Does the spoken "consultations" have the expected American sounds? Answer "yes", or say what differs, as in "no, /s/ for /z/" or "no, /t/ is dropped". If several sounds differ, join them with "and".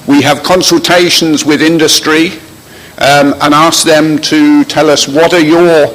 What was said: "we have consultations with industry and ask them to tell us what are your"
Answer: yes